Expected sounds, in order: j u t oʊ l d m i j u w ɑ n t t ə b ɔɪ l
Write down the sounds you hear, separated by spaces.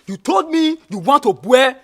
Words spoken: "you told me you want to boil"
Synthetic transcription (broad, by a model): j u t oʊ l d m i j u w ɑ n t t ə b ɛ